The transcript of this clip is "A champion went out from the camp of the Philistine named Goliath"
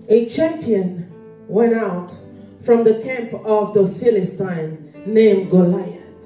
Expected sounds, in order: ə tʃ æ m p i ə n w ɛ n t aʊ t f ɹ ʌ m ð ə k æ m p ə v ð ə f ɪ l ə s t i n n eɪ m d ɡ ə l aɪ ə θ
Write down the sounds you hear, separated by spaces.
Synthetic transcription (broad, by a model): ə tʃ æ m p i ə n w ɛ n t aʊ t f ɹ ʌ m ð ə k æ m p ə v ð ə f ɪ l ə s t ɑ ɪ n eɪ m ɡ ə l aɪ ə